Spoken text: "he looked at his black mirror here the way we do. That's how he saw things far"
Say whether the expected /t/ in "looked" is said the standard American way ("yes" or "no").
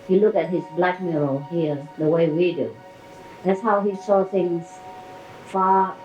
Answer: no